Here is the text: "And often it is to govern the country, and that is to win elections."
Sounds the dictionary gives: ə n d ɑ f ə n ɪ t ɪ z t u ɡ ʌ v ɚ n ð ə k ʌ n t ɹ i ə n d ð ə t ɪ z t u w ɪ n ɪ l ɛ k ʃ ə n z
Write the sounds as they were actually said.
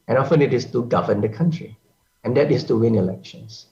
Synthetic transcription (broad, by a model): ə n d ɑ f ə n ɪ t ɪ s t u ɡ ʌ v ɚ n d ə k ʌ n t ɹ i ə n d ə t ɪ s t u w ɪ n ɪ l ɛ k ʃ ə n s